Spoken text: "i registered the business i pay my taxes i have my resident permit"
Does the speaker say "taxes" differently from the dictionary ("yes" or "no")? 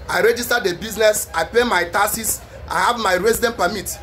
yes